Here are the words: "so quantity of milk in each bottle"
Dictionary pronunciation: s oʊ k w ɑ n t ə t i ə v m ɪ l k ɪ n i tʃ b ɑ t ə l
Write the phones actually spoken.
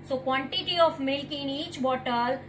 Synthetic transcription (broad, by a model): s oʊ k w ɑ n t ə t i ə f m ɪ l k ɪ n i tʃ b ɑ t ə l